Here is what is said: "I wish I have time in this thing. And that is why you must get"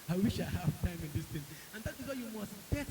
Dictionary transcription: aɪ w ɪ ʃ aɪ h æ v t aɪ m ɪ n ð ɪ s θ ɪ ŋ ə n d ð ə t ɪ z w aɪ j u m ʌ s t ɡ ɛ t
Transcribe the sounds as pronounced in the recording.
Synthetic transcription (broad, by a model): aɪ w ɪ ʃ aɪ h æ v t aɪ m ɪ n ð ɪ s t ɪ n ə n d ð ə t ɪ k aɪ j u m ʌ s t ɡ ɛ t